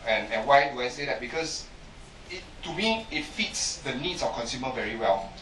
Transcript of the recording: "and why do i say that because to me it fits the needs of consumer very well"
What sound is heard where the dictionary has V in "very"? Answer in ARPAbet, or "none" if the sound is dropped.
V